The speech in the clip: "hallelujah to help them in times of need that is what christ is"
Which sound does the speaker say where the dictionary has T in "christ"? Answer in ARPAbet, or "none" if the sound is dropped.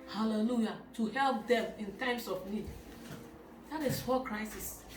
none